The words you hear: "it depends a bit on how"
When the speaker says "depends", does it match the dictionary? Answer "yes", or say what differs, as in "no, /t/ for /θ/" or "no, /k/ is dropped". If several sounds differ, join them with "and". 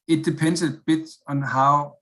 no, /z/ is dropped